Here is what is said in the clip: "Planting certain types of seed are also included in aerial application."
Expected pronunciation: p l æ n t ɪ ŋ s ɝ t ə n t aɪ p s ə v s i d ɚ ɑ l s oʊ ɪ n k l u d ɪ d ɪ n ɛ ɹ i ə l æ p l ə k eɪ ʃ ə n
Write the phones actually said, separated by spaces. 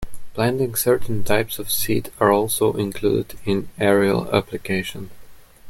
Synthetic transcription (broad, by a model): b l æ n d ɪ ŋ s ɝ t n t aɪ p s ə v s i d ɚ ɑ l s oʊ ɪ n k l u d ɪ d ɪ n ɛ ɹ i ə l æ p l ə k eɪ ʃ ə n